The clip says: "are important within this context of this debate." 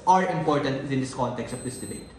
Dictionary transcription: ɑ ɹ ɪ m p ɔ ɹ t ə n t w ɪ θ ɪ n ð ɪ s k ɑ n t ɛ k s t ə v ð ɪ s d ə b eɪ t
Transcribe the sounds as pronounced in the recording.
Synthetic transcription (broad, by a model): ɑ ɹ ɪ m p ɔ ɹ t ə n t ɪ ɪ n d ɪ s k ɑ n t ɛ k s t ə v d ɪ s d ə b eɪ t